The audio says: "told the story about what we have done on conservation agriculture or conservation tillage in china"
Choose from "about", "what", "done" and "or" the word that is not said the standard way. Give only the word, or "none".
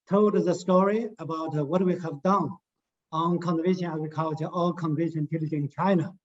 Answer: or